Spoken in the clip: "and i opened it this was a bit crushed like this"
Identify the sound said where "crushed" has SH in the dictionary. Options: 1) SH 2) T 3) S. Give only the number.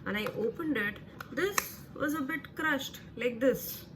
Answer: 1